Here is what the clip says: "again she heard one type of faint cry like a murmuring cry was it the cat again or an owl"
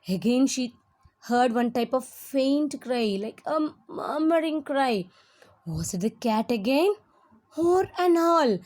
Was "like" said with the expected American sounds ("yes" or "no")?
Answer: yes